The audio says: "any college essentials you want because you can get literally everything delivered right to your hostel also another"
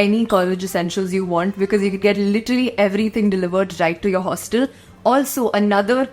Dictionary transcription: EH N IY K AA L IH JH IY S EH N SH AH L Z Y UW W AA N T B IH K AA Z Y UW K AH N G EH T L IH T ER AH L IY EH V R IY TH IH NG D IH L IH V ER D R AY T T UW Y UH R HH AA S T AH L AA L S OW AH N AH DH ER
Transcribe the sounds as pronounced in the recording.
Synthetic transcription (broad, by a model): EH N IY K AA L IH JH IY S EH N SH AH L Z Y UW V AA N T B IH K AA Z Y UW K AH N G EH T L IH T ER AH L IY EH V R IY T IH NG D IH L IH V ER D R AY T T UW Y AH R HH AA S T AH L AA L S OW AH N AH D ER